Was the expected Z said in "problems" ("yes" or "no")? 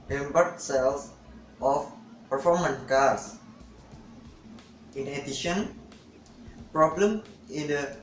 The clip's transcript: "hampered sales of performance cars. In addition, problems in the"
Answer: no